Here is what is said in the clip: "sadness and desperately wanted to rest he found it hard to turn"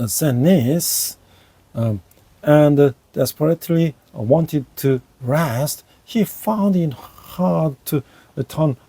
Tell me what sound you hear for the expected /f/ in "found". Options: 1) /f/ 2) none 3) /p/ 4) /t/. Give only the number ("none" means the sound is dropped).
1